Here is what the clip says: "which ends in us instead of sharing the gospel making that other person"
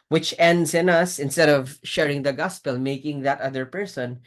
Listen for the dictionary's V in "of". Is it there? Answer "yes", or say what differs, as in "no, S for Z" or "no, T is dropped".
yes